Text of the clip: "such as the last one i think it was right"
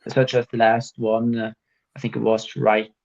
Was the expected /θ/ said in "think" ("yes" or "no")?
yes